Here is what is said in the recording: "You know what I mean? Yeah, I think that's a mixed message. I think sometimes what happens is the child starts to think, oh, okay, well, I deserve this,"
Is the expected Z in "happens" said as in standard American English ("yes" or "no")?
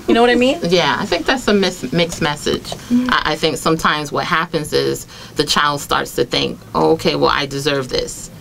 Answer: yes